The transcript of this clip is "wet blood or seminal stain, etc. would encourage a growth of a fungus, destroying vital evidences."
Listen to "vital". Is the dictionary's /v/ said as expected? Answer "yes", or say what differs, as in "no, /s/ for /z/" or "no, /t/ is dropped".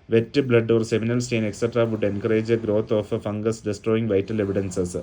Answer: yes